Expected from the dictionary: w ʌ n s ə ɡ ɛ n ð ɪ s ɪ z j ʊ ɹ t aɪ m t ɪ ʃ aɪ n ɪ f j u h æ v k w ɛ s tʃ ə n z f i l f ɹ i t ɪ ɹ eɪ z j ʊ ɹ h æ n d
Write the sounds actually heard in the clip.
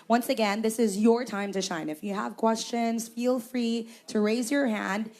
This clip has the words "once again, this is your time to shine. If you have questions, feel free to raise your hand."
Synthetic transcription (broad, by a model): w ʌ n s ə ɡ ɛ n ð ɪ s ɪ z j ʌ ɹ t aɪ m t ɪ ʃ aɪ n ɪ f j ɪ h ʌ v k w ɛ s tʃ ə n z f i l f ɹ i t ɪ ɹ eɪ z j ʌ ɹ h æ n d